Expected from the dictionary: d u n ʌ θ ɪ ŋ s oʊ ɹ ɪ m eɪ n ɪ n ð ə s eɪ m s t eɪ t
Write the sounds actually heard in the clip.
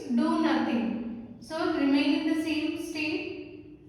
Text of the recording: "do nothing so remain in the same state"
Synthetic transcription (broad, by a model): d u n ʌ t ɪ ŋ s oʊ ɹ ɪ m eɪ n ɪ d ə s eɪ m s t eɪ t